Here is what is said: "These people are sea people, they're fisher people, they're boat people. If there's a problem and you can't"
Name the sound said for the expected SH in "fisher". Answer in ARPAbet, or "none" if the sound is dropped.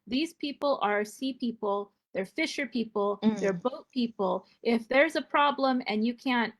SH